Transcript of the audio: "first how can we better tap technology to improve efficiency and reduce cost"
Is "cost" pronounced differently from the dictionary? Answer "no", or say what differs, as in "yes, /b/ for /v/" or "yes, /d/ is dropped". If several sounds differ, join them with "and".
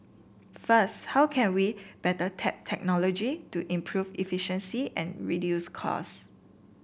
yes, /t/ is dropped